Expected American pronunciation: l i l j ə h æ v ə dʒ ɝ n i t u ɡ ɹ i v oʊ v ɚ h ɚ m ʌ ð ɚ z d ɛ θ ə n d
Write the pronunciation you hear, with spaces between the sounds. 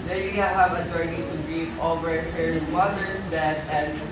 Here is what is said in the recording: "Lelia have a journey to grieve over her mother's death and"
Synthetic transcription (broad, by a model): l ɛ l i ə h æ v ə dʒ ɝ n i t u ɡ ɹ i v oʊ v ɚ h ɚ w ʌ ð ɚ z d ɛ t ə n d